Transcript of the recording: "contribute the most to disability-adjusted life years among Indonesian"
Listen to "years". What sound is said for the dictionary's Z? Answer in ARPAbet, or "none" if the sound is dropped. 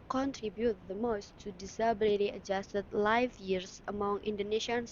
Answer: S